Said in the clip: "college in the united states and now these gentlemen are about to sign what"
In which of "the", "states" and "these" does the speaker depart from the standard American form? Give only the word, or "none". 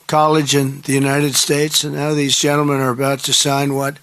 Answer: none